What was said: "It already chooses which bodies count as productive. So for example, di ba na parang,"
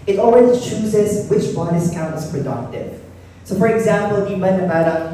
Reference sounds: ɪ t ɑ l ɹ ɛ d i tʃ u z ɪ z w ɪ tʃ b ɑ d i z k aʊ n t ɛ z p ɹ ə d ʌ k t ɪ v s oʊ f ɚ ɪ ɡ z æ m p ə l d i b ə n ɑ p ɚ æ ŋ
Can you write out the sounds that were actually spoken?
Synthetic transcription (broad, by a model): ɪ t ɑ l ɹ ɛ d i tʃ u z ɪ z w ɪ tʃ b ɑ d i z k aʊ n t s p ɹ ə d ʌ k t ɪ v s oʊ f ɚ ɪ ɡ z æ m p ə l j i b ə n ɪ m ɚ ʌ